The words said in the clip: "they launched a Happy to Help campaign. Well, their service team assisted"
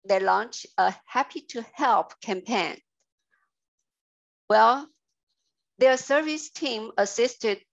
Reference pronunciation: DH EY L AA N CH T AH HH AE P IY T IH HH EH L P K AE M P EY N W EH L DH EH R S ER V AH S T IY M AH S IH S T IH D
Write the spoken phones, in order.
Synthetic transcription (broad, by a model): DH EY L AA N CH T AH HH AE P IY T IH HH EH L P K AE M P EY N W EH L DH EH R S ER V AH S T IY M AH S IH S T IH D